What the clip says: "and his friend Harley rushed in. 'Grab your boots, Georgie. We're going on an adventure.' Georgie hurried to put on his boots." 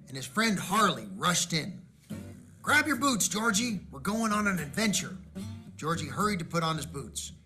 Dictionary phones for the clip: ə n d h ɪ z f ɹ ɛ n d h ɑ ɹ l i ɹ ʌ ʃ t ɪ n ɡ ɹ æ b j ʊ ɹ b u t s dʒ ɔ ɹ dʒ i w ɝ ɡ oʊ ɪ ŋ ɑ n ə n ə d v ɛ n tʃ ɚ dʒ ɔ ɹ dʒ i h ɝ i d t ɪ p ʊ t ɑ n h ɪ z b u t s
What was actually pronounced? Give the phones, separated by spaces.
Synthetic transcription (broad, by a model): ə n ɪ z f ɹ ɛ n d h ɑ ɹ l i ɹ ʌ ʃ t ɪ n ɡ ɹ æ b j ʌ ɹ b u t s dʒ ɔ ɹ dʒ i w ɝ ɡ oʊ ɪ ŋ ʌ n ə n ə d v ɛ n tʃ ɚ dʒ ɔ ɹ dʒ i h ɝ i d t ɪ p ʊ t n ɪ z b u t s